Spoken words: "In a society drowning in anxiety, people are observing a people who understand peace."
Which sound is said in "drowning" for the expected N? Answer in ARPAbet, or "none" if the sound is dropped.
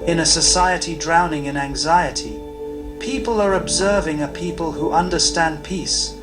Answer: N